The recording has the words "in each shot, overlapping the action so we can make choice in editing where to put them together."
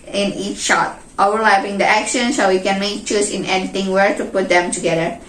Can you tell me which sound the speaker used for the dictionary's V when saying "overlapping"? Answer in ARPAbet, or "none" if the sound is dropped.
none